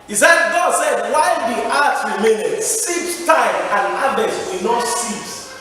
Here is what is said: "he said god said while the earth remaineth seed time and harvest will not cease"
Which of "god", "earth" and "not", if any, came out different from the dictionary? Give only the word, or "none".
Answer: earth